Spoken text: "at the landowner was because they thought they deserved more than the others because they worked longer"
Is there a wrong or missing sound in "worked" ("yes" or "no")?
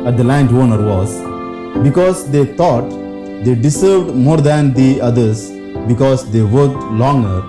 yes